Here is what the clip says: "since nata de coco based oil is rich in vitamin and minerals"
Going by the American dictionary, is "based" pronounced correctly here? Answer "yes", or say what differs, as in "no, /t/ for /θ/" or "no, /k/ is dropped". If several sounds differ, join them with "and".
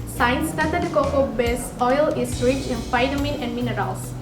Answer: no, /t/ is dropped